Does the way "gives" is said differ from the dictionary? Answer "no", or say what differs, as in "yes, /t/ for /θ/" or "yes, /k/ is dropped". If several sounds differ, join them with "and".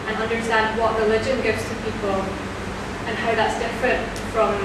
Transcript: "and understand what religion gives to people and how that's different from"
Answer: no